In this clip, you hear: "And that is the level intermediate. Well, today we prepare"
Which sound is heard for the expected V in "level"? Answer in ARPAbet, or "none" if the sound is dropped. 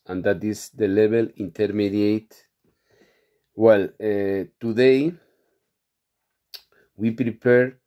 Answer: B